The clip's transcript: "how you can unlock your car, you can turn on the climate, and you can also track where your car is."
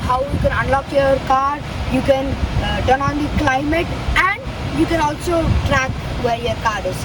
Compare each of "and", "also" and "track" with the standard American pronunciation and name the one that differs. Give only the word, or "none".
none